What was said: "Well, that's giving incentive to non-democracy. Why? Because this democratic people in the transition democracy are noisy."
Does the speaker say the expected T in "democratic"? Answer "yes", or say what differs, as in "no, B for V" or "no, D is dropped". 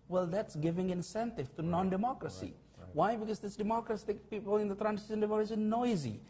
no, S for T